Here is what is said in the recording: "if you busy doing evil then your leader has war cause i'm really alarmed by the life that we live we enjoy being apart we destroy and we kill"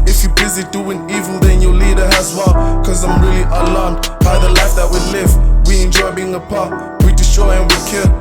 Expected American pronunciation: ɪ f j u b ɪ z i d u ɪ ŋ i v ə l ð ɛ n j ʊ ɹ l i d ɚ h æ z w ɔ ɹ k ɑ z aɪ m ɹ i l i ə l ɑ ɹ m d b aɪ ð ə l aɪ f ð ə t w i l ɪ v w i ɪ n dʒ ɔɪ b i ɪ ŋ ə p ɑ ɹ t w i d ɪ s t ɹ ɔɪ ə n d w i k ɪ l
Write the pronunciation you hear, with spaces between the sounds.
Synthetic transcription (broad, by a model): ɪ f j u b ɪ z i d u ɪ ŋ i v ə n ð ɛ n j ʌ l i d ɚ h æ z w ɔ l k ɑ z aɪ m ɹ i l i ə l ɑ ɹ m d b aɪ ð ə l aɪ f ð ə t w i l ɪ v w i ɪ n dʒ ɔɪ b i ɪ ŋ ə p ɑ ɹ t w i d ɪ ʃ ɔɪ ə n w i k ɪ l